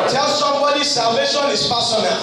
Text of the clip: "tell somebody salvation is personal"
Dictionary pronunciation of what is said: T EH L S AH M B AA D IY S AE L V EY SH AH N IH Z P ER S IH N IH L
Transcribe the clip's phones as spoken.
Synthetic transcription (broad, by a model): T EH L S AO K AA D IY S AE L V EY SH AH N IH S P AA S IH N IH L